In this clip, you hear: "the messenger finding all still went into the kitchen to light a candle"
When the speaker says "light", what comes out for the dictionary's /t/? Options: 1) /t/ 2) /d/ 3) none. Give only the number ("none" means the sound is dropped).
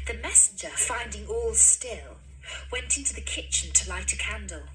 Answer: 1